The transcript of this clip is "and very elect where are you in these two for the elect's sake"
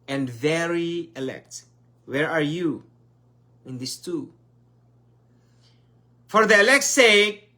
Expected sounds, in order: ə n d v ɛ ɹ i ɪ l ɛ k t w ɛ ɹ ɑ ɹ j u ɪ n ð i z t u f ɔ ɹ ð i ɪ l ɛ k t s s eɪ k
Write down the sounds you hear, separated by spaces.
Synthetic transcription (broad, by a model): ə n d v ɛ ɹ i ɪ l ɛ k t w ɛ ɹ ɑ ɹ j u ɪ n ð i s t u f ɔ ɹ ð i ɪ l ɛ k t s s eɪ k